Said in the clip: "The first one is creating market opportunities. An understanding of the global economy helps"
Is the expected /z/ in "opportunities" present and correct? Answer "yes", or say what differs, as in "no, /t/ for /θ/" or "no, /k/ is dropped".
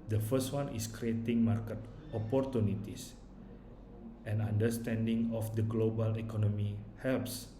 no, /s/ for /z/